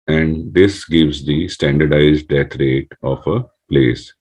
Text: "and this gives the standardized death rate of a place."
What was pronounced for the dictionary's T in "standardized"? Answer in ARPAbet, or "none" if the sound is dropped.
T